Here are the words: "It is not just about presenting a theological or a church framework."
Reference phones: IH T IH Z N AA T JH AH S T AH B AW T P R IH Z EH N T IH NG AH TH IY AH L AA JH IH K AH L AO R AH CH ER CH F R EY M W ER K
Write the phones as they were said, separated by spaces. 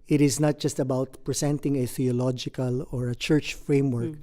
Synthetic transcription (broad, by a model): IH T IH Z N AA T JH AH S T AH B AW T P R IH S EH N T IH NG AH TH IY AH L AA JH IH K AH L AO R AH CH ER CH F R EY M W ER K